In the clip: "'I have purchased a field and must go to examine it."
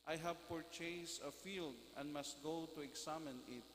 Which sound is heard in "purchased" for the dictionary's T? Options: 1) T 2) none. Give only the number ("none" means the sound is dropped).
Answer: 2